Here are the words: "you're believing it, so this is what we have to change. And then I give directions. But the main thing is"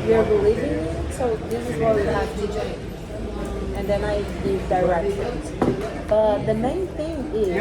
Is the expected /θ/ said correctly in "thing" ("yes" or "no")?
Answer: yes